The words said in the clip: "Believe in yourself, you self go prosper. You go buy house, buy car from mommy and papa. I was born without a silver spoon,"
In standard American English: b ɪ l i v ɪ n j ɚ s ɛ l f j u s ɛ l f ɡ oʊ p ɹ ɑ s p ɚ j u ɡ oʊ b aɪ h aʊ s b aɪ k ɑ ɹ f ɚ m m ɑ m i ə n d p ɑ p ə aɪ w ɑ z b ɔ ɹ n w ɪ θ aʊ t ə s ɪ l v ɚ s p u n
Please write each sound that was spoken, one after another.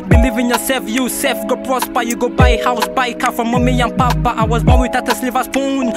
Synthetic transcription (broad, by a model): b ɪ l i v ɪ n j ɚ s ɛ f j u s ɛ f ɡ oʊ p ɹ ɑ s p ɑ j u ɡ oʊ b aɪ h aʊ s b aɪ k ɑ f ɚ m m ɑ m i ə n p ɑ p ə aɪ w ɑ z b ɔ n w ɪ t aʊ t ə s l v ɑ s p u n